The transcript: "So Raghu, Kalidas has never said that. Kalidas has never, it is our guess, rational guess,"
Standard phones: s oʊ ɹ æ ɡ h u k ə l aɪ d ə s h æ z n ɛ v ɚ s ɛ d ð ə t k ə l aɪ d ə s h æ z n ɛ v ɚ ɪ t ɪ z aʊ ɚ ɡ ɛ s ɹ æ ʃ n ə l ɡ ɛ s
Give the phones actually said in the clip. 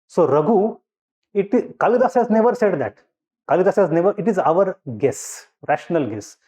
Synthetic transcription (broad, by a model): s oʊ ɹ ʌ ɡ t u k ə l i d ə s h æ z n ɛ v ɚ s ɛ d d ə t k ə l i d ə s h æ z n ɛ v ɚ ɪ t ɪ z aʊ ɚ ɡ ɛ s ɹ æ ʃ n ə l ɡ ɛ s